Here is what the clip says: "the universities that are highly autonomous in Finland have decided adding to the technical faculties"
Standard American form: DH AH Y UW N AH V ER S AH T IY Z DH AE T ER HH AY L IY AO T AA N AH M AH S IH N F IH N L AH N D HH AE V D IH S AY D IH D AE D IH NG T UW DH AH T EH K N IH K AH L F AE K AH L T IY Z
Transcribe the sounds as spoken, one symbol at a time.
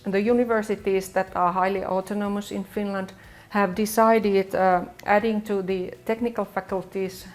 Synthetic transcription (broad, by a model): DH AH Y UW N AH V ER S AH T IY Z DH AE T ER HH AY L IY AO T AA N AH M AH S IH N F IH N L AH N D HH AE V D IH S AY D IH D AE D IH NG T UW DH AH T EH K N IH K AH L F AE K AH L T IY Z